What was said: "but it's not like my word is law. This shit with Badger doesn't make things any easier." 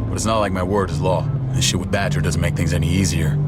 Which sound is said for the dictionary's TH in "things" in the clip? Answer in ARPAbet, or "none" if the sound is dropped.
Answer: TH